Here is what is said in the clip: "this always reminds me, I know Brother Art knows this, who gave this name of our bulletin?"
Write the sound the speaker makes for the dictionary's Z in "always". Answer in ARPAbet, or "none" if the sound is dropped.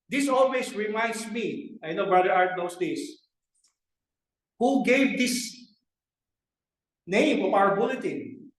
S